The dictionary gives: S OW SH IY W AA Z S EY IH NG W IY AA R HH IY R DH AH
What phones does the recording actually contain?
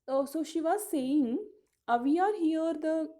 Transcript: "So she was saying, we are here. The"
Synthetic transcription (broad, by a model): S OW SH IY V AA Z S EY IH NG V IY AA R HH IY R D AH